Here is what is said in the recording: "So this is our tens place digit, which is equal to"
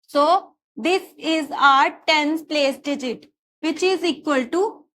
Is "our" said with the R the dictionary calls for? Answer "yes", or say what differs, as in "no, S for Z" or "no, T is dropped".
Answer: yes